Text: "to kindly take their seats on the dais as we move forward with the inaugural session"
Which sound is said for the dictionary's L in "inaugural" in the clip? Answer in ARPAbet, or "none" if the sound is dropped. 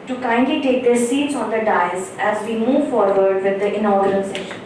N